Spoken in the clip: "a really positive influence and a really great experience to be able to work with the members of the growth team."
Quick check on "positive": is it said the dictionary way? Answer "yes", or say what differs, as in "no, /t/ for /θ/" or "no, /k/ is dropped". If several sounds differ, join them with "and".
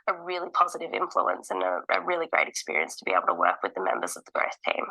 yes